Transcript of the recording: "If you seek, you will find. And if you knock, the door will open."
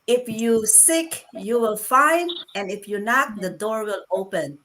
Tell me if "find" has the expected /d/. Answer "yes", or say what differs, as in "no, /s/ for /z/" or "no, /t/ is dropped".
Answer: yes